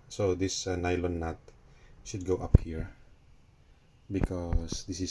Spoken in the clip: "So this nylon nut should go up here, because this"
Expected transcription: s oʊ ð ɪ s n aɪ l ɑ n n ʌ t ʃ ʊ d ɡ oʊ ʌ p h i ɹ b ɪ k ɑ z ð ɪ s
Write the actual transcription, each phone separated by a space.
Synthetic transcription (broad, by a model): s oʊ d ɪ s n aɪ l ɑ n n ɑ t ʃ ʊ d ɡ oʊ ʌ p h i ɹ b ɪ k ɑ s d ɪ s